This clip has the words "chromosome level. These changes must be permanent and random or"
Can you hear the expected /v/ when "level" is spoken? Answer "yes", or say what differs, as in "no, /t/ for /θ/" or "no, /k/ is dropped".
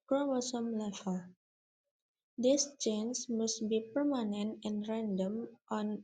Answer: no, /f/ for /v/